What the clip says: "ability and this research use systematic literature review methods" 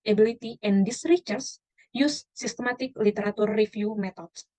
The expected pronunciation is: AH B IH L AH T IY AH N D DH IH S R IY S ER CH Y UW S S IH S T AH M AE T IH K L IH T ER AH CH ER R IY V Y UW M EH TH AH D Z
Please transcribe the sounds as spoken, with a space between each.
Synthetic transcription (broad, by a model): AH B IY L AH T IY AH N D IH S R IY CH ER S Y UW S S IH S T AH M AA T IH K L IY T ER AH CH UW R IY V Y UW M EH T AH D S